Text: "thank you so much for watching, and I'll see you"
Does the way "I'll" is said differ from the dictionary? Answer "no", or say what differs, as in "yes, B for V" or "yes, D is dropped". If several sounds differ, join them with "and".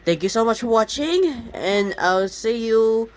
yes, W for L